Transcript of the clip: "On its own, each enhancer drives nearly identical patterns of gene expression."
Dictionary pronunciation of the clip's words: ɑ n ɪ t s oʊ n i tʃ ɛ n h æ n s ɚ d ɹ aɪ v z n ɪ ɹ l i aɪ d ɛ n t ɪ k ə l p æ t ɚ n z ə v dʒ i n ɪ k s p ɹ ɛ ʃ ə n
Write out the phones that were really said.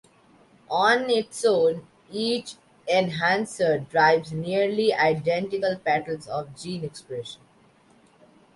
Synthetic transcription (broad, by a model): ɑ n ɪ t s oʊ n i tʃ ɛ n h æ n s ɚ d ɹ aɪ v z n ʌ ɹ l i aɪ d ɛ n t ɪ k ə l p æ t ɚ l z ə v dʒ i n ɪ k s p ɹ ɛ ʃ ə n